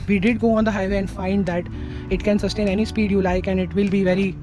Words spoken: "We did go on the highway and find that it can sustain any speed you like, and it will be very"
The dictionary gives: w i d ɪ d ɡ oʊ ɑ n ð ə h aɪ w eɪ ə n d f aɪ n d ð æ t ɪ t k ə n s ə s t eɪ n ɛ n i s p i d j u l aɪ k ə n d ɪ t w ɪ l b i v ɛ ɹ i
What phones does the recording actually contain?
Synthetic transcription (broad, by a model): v i d ɪ d ɡ oʊ ɑ n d ə h aɪ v eɪ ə n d f aɪ n d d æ t ɪ t k ə n s ə s t eɪ n ɛ n i s p i d j u l aɪ k ə n d ɪ t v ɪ l b i v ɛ ɹ i